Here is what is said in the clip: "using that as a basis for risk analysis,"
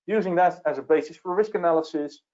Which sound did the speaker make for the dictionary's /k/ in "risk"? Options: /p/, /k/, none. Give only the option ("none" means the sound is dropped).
/k/